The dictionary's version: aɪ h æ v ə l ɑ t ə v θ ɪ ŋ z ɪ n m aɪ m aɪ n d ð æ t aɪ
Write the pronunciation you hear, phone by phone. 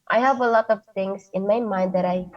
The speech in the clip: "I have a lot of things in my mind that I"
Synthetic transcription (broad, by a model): aɪ h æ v ə l ɑ t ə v t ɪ ŋ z ɪ n m aɪ m aɪ n d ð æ t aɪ